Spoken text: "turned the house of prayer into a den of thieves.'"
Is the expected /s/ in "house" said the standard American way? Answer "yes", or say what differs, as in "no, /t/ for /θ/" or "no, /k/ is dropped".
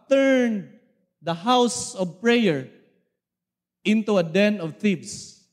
yes